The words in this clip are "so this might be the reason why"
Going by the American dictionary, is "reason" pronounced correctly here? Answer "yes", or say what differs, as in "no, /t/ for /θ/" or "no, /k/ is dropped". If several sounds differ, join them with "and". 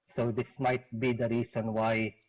no, /s/ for /z/